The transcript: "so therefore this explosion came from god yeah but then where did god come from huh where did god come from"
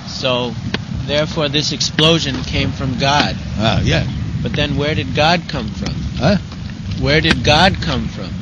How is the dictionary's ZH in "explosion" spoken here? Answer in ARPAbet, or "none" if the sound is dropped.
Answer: ZH